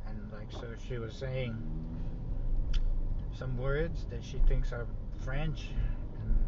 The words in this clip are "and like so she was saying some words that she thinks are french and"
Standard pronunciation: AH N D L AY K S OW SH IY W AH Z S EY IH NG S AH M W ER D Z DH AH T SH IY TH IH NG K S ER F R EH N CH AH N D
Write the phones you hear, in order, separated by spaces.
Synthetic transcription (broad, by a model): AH N L AY K S OW SH IY W AH Z S EY IH NG S AH M W ER D Z DH AH T SH IY TH IH NG K S ER F R EH N CH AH N